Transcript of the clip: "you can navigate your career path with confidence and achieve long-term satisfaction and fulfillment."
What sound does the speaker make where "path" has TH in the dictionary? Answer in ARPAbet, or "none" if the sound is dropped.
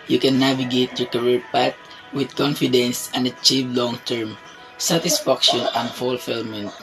T